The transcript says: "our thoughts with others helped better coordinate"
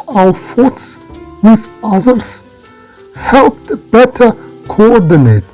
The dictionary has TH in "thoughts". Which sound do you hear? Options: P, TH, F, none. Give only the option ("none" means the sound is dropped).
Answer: F